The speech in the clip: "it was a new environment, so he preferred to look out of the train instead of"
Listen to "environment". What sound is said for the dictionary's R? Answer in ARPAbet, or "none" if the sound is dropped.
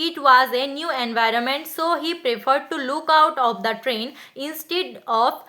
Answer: R